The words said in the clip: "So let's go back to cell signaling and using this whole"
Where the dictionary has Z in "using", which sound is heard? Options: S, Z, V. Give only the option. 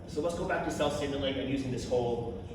Z